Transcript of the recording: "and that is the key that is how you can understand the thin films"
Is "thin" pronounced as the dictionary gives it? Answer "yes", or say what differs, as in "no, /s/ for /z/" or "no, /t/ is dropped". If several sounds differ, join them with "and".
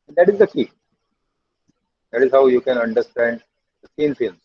no, /s/ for /θ/